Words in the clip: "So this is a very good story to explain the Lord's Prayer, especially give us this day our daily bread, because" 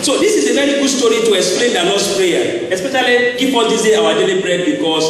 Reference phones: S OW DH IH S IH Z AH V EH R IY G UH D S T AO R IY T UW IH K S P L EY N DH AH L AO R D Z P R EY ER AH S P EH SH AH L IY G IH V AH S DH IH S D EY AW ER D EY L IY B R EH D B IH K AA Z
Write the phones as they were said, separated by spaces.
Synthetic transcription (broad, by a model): S OW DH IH S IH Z AH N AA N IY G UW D S T AO R IY T UW IH K S P L EY N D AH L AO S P R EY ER AH S P EH SH AH L IY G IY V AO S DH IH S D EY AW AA D EY L IY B R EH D B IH K AA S